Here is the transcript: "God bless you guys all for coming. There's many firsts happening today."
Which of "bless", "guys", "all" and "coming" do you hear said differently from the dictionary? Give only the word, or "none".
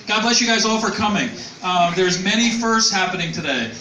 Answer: none